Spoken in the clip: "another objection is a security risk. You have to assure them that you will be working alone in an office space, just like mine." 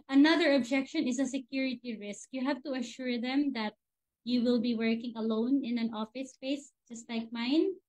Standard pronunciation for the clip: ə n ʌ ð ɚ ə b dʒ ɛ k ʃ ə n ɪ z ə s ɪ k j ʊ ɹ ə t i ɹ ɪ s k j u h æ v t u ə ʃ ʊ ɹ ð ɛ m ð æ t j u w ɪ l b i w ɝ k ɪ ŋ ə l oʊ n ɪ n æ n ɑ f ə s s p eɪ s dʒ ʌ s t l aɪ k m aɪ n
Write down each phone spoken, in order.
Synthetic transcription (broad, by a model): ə n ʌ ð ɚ ə b dʒ ɛ k ʃ ə n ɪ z ə s ɪ k j ʊ ɹ ə t i ɹ ɪ s k j u h æ v t u ə ʃ ʊ ɹ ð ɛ m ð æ t j u w ɪ l b i w ɝ k ɪ ŋ ə l oʊ n ɪ n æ n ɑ f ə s s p eɪ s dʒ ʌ s t l aɪ k m aɪ n